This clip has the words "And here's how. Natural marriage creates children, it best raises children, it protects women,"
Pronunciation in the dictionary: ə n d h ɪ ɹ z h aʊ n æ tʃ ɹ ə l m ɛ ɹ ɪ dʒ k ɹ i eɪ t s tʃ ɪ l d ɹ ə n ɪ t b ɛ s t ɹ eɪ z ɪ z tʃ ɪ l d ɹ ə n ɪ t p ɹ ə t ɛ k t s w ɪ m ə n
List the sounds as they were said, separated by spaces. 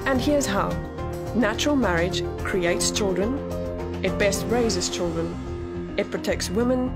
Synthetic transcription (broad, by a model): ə n h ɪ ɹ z h aʊ n æ tʃ ɹ ə l m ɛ ɹ ɪ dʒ k ɹ i eɪ t s tʃ ɪ l d ɹ ə n ɪ t b ɛ s t ɹ eɪ z ɪ z tʃ ɪ l d ɹ ə n ɪ t p ɹ ə t ɛ k t s w ɪ m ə n